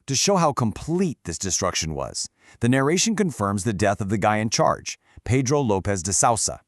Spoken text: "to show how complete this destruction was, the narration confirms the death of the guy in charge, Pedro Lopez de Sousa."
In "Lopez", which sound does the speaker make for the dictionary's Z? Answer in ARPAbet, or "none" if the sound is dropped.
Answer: Z